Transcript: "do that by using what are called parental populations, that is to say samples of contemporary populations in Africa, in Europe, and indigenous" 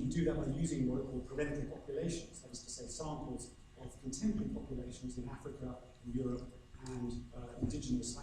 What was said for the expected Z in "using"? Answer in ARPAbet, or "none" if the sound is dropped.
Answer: Z